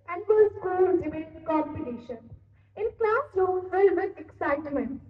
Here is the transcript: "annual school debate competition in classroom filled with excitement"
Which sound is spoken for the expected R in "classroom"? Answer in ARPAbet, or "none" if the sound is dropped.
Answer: L